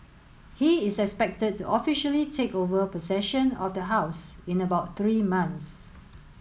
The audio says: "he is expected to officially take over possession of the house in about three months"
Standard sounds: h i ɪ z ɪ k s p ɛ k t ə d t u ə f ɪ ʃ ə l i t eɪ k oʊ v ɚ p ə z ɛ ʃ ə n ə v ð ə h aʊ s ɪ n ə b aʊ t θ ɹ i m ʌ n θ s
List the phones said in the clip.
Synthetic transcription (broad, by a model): h i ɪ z ɪ k s p ɛ k t ə d t u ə f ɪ ʃ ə l i t eɪ k oʊ v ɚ p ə s ɛ ʃ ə n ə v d ə h aʊ s ɪ n ə b aʊ t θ ɹ i m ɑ n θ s